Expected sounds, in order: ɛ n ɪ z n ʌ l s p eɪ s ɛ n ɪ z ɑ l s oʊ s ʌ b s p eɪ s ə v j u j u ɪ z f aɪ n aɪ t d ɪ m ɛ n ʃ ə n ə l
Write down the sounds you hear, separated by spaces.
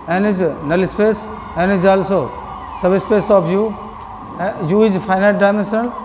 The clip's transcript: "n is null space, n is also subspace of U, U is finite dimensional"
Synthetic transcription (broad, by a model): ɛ n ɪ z n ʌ l s p eɪ s ɛ n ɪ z ɑ l s oʊ s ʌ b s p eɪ s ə p j u j u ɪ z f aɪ n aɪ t d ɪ m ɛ n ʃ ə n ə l